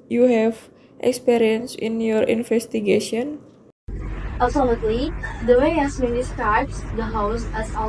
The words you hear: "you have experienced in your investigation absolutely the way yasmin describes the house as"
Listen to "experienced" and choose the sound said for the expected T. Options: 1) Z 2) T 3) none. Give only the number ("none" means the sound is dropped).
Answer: 3